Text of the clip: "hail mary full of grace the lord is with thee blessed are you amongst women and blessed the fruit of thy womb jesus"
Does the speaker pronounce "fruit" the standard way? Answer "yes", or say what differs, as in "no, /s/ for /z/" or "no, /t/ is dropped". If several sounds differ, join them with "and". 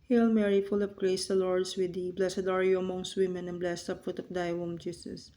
no, /p/ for /f/